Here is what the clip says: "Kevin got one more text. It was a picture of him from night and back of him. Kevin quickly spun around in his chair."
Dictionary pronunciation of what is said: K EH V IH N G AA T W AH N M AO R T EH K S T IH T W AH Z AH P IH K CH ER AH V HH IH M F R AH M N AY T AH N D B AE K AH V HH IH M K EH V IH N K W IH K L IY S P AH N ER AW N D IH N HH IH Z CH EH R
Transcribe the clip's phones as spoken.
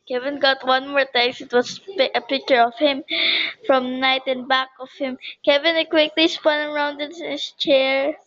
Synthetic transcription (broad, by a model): K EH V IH N G AA T W AH N M AO R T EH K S IH T W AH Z AH P IH K CH ER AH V HH IH M F R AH M N AY T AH N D B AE K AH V HH IH M K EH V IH N K W IH K L IY S P AH N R AW N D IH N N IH S CH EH R